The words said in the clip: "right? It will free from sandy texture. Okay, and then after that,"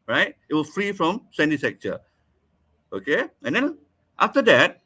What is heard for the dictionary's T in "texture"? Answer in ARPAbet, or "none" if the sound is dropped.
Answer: S